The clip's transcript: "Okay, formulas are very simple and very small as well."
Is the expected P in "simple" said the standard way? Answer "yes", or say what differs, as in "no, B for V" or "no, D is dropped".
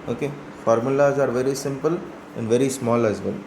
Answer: yes